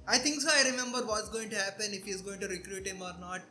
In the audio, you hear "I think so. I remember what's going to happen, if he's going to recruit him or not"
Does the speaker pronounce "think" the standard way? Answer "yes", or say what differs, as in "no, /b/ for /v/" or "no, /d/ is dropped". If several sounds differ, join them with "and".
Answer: no, /t/ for /θ/